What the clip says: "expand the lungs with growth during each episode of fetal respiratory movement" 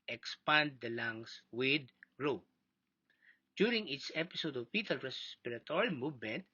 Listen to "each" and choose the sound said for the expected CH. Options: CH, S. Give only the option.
S